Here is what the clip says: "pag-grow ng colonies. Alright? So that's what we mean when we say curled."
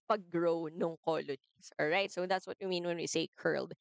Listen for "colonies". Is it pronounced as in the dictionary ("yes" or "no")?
no